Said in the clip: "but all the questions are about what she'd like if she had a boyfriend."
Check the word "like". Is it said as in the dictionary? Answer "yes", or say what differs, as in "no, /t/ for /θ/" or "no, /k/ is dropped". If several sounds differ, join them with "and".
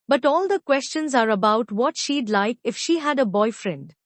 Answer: yes